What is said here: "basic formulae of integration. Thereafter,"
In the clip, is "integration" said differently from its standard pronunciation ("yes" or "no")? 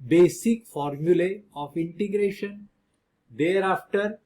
no